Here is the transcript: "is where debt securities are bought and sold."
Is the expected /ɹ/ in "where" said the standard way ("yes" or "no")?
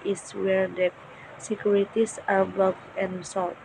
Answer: yes